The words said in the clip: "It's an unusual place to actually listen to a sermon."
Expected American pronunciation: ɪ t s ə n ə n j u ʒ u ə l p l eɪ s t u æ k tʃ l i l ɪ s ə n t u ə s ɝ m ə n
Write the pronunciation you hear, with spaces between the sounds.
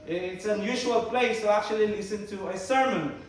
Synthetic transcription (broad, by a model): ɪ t s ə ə n j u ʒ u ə l p l eɪ s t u æ k tʃ l i l ɪ s ə n t u ə s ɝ m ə n